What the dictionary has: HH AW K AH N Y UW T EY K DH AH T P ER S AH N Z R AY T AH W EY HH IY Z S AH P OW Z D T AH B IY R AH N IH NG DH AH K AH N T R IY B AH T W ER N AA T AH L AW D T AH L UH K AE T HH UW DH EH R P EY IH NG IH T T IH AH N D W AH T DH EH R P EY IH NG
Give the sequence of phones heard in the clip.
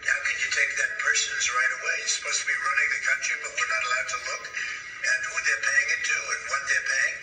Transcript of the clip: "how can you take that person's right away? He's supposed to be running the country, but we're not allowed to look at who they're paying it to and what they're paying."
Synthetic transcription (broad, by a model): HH AW K AH N Y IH T EY K DH AH T P ER S AH N Z R AY T AH W EY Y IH S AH P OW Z T AH B IY R AH N IH NG DH AH K AH N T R IY B AH T W ER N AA T AH L AW D T AH L UH K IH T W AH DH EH R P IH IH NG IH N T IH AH N W AH T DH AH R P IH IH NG